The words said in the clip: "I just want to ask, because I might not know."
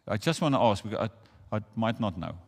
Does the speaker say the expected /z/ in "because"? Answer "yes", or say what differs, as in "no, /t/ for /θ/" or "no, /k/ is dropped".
no, /z/ is dropped